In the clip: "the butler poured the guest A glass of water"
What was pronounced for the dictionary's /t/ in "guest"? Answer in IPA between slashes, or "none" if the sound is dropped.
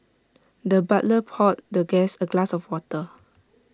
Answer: none